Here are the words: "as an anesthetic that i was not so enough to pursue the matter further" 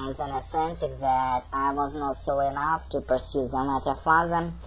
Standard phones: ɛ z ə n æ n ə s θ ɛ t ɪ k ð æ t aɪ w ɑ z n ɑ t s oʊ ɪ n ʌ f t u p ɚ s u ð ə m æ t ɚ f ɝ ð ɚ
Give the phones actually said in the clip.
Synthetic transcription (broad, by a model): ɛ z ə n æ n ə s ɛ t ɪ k ð æ t aɪ w ɑ z n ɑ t s oʊ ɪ n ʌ f t u p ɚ s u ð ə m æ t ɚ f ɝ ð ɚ